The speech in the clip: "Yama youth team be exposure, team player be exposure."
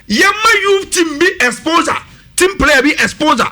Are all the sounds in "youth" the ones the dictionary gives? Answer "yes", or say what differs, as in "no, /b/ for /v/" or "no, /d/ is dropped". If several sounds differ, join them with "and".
no, /f/ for /θ/